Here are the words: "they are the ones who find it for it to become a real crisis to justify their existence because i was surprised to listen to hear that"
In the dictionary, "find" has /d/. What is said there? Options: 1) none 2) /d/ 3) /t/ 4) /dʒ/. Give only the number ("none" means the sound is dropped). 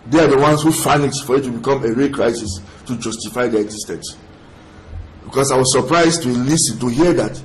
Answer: 1